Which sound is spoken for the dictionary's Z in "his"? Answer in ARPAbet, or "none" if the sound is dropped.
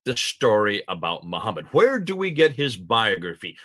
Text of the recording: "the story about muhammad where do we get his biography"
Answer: Z